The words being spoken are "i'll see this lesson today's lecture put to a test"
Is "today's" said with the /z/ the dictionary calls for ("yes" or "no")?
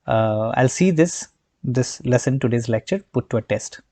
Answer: yes